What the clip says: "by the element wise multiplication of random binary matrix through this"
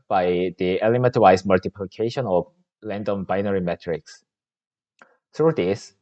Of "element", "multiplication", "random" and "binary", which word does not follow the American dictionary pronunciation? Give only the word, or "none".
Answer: random